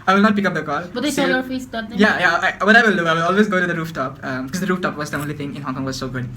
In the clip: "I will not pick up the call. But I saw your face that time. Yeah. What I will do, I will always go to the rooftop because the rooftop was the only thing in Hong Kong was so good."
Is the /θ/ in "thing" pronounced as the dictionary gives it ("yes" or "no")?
no